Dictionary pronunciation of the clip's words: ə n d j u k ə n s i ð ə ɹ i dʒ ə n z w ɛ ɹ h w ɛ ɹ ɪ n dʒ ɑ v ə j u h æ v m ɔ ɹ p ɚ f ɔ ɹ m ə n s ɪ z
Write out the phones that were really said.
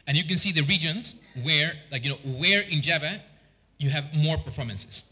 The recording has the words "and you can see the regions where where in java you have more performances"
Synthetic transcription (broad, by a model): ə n j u k ə n s i ð ə ɹ i dʒ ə n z w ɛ ɹ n w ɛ ɹ ɪ n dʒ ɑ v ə j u h æ v m ɔ ɹ p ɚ f ɔ ɹ m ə n s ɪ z